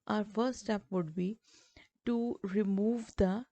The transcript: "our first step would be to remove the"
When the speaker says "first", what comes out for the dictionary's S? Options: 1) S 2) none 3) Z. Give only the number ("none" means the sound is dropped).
2